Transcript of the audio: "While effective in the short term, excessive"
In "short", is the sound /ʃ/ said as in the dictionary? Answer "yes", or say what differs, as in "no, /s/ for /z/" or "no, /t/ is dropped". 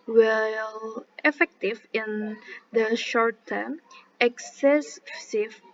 yes